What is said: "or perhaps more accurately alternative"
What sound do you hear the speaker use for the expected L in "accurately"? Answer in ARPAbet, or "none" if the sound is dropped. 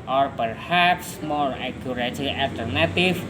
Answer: none